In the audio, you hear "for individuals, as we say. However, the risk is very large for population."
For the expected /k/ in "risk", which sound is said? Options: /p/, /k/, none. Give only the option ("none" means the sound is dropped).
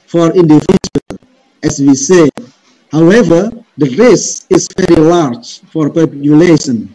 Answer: none